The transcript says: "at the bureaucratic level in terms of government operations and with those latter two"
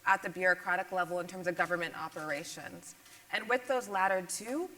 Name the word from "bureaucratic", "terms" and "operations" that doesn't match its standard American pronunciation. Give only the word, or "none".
none